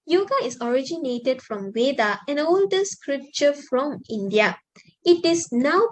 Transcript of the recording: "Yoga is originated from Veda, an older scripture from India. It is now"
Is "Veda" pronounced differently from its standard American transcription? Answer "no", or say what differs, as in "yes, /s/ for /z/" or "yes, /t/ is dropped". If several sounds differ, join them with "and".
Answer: yes, /w/ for /v/